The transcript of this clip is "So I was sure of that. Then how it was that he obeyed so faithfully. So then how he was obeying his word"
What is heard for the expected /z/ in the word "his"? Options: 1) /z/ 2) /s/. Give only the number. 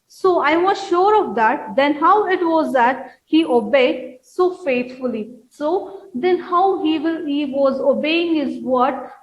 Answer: 1